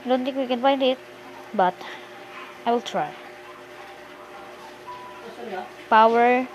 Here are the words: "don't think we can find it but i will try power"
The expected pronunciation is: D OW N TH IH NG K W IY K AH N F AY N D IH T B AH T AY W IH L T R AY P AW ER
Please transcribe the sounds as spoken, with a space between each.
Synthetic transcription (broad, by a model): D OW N T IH K W IY K AH N F AY N D IH T B AH T AY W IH L T R AY P AW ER